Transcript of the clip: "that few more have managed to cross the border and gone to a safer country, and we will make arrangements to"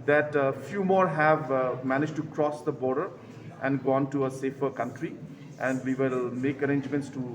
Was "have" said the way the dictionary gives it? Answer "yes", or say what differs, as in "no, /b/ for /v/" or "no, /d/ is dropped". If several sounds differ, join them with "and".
yes